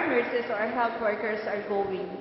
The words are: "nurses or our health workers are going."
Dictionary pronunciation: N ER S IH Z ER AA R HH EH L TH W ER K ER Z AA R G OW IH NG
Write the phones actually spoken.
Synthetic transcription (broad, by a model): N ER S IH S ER AA R HH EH L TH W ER K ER S AA R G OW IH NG